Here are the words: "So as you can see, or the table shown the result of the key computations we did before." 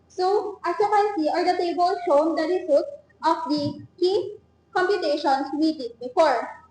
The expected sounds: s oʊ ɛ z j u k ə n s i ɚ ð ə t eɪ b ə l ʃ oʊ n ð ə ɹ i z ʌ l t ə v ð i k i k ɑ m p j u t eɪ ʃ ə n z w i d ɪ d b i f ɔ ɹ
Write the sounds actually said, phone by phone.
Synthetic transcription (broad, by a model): s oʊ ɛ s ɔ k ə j s i ɚ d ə t eɪ b ə l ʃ oʊ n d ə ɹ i s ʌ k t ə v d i k i k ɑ m p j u t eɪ ʃ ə n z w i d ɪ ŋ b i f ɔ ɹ